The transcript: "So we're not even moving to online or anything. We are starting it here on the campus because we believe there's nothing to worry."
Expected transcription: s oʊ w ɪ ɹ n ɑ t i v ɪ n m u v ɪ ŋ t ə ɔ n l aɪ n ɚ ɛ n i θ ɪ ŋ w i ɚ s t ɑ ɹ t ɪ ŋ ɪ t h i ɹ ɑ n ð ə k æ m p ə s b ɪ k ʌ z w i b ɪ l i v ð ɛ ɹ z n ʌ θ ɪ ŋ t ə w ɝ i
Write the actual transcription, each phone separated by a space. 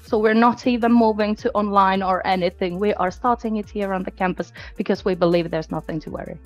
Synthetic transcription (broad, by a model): s oʊ w ɪ ɹ n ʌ t i v ɪ n m u v ɪ ŋ t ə ɔ n l aɪ n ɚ ɛ n i θ ɪ ŋ w i ɚ s t ɑ ɹ t ɪ ŋ ɪ t h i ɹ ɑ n ð ə k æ m p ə s b ɪ k ʌ z w i b ɪ l i v ð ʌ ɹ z n ʌ θ ɪ ŋ t ə w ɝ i